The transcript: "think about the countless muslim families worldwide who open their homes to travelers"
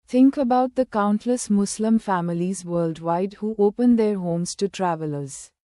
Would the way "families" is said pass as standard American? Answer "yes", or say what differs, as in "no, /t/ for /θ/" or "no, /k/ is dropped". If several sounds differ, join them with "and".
yes